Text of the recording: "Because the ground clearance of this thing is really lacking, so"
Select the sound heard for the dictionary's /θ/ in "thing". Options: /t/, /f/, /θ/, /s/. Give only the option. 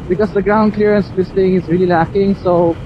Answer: /t/